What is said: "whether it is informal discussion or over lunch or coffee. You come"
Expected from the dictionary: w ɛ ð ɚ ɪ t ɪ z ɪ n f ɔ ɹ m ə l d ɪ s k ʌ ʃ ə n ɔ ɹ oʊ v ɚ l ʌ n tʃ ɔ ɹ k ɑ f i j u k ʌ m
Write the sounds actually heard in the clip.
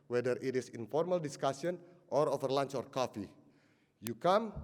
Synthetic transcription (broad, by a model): w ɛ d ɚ ɪ t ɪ s ɪ n f ɔ ɹ m ə l d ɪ s k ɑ s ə n ɔ ɹ oʊ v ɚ l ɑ n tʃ ɔ ɹ k ɑ f i j u k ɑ m